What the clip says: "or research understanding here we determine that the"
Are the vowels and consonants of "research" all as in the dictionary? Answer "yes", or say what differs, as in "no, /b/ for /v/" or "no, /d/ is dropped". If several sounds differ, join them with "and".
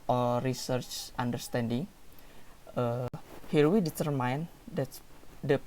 yes